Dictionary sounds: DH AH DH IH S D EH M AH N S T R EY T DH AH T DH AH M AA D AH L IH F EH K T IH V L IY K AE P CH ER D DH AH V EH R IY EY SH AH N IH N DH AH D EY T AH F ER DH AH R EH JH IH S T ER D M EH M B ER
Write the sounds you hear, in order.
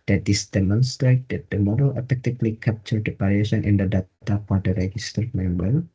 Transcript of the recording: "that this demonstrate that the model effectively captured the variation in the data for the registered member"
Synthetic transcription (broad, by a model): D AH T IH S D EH M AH N S T R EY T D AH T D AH M AA D AH L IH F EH K T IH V L IY K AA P CH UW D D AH P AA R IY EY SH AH N IH N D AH D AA T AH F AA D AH R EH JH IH S T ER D M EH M B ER